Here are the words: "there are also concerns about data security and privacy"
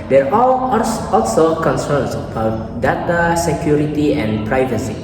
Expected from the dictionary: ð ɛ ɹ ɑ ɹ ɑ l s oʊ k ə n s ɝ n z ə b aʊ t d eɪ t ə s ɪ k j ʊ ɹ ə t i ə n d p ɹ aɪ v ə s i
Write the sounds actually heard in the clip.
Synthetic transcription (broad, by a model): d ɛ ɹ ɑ l ɑ l s oʊ k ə n s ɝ n s ə b aʊ t d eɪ t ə s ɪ k j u ɹ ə t i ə n p ɹ aɪ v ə s i